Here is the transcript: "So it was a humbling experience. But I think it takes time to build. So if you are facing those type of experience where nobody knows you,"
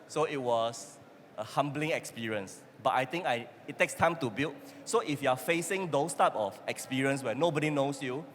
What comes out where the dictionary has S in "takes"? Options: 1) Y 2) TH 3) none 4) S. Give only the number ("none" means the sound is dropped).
4